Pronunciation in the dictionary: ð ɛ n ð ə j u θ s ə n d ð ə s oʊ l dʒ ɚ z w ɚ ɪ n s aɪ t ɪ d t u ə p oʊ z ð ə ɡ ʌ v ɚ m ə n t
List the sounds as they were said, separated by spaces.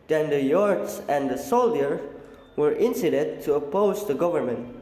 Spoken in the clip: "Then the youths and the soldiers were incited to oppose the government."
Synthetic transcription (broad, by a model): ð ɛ n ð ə j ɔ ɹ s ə n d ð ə s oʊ l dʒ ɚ w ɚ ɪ n s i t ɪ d t u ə p oʊ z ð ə ɡ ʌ v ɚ m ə n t